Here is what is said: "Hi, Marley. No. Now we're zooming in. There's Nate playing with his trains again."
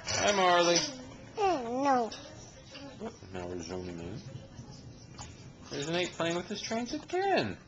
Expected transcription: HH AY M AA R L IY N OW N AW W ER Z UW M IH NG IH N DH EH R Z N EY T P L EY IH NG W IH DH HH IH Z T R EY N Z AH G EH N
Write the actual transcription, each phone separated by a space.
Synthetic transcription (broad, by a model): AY M AA R L IY N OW N AW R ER Z UW M IH NG IH N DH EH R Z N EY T P L EY IH NG W IH DH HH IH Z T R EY N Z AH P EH N